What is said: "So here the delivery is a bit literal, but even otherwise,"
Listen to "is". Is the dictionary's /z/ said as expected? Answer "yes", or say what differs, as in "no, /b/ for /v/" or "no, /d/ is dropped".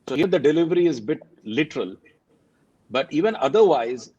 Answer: yes